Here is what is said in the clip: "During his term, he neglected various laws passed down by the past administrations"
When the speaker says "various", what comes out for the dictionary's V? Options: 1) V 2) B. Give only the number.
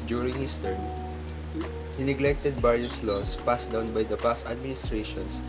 2